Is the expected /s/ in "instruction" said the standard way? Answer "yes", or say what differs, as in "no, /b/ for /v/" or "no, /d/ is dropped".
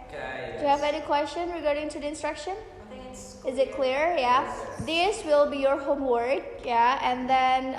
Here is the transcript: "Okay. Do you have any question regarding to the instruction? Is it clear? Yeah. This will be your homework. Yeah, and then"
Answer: yes